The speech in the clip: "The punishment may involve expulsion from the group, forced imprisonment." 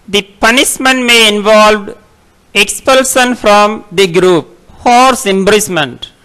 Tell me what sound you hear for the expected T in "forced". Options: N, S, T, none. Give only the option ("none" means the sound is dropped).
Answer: none